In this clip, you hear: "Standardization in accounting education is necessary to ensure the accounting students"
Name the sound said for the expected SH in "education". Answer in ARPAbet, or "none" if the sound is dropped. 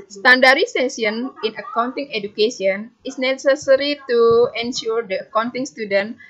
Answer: S